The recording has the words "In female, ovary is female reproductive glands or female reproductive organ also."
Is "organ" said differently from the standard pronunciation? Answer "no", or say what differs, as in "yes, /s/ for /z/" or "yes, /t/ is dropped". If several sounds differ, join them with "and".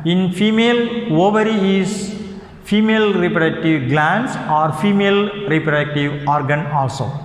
no